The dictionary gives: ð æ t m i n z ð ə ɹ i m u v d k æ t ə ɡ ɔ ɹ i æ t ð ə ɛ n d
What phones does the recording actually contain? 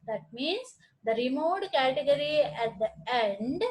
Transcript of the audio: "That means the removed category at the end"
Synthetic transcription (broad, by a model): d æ t m i n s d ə ɹ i m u d k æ t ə ɡ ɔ ɹ i æ t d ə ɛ n d